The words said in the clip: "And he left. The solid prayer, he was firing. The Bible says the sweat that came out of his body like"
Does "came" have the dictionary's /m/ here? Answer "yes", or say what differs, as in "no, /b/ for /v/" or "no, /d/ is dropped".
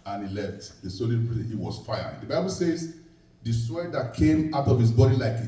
yes